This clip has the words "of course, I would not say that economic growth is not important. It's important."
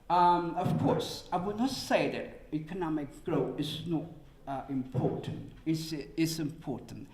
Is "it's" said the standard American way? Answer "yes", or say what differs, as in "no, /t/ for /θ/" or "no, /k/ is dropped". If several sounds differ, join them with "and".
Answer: no, /s/ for /t/